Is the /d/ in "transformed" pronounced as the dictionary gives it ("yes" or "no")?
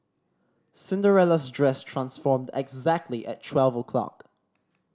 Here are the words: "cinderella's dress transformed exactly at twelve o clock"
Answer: yes